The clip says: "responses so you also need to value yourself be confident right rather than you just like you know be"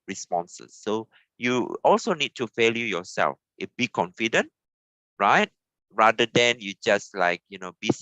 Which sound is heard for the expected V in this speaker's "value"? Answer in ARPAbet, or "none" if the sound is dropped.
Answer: F